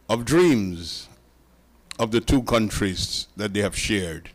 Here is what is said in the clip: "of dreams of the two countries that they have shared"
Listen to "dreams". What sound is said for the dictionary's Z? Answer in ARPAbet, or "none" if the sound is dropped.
Z